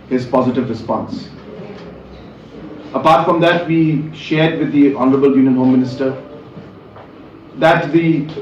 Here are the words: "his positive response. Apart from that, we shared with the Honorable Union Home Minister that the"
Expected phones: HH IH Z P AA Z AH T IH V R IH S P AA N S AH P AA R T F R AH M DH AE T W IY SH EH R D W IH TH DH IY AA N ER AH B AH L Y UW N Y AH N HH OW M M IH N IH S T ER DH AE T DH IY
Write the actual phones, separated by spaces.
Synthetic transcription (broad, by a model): HH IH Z P AA Z AH T IH V R IH S P AA N S AH P AA R T F R AH M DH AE T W IY SH EH R D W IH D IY AA N ER AH B AH L Y UW N Y AH N HH OW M M IH N IH S T ER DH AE T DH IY